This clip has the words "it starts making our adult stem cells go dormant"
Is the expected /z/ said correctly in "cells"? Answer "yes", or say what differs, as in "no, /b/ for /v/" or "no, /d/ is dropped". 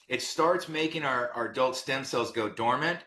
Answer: yes